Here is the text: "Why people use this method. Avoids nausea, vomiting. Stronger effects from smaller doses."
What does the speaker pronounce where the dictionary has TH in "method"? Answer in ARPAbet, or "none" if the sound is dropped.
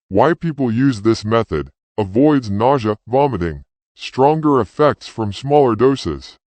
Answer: TH